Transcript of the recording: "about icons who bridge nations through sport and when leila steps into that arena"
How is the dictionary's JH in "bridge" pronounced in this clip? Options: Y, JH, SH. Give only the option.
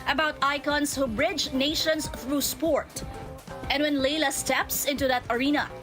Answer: JH